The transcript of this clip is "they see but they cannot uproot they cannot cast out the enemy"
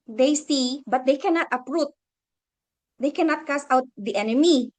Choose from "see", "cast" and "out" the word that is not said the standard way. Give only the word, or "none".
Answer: cast